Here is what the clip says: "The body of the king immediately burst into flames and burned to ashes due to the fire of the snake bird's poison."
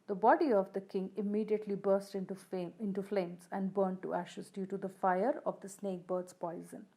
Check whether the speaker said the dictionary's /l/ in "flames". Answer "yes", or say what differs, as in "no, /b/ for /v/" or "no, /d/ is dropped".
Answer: yes